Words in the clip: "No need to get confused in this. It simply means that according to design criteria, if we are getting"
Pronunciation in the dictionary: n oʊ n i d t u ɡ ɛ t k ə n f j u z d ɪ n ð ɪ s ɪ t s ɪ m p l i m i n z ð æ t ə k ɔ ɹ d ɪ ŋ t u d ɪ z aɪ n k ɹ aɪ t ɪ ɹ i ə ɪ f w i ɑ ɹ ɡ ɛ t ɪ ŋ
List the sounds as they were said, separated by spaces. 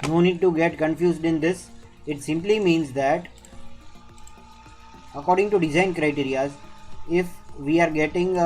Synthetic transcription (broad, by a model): n oʊ n i d t u ɡ ɛ t k ə n f j u z d ɪ n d ɪ s ɪ t s ɪ m p l i m i n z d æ t ə k ɔ ɹ d ɪ ŋ t u d ɪ z aɪ n k ɹ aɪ t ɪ ɹ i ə ɪ f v i ɑ ɹ ɡ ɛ t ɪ ŋ